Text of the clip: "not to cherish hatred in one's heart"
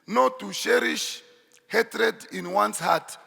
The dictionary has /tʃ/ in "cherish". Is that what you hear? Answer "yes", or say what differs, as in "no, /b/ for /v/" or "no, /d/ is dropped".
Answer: no, /ʃ/ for /tʃ/